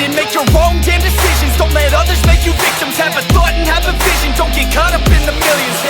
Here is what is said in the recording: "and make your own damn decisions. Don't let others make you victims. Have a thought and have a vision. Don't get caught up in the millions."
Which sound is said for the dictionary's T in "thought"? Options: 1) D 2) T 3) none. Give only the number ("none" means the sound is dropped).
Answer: 3